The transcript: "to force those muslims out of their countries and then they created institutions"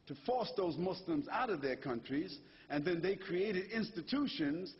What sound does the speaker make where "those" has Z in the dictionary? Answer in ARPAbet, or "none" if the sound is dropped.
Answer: Z